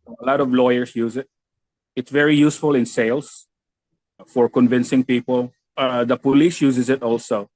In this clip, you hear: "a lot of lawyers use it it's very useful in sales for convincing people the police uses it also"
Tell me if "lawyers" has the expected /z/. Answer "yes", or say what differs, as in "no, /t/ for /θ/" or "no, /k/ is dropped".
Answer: no, /s/ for /z/